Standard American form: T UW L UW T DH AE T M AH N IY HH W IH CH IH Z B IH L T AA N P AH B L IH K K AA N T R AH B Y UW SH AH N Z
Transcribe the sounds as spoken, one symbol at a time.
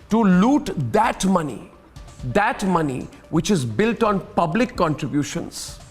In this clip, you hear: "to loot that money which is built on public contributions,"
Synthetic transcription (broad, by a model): T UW L UW T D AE T M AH N IY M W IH CH IH Z B IH L T AA N P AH B L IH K K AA N T R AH B Y UW SH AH N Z